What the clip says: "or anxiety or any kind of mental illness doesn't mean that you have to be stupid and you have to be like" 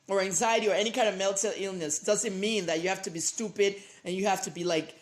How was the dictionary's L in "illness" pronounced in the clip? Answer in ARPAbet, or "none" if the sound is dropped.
L